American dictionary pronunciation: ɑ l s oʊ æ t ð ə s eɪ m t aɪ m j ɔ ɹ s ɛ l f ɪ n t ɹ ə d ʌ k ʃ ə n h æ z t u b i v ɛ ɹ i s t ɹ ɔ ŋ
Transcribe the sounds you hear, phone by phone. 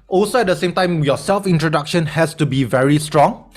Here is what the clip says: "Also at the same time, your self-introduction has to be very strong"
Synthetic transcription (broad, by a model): ɑ l s oʊ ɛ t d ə s eɪ m t aɪ m j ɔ s ɛ l f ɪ n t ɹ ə d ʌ k ʃ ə n h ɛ s t u b i v ɛ ɹ i s t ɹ ɔ ŋ